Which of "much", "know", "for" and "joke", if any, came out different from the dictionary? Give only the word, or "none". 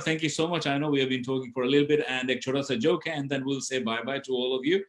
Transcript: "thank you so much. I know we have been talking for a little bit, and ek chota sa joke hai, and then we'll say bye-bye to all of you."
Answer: none